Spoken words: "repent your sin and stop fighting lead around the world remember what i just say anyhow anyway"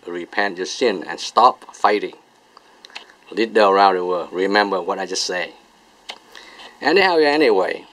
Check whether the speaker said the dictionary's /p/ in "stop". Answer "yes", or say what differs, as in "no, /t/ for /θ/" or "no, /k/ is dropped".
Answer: yes